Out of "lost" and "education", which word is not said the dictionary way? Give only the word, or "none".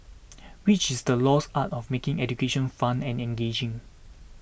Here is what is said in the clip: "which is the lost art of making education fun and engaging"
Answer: lost